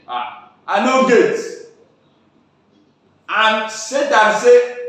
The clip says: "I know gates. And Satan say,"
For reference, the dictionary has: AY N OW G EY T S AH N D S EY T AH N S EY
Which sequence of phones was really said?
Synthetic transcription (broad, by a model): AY N OW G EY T AH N S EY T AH S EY